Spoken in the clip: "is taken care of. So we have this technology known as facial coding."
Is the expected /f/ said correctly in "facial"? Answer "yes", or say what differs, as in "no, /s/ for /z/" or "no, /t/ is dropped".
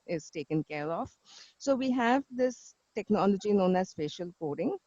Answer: no, /p/ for /f/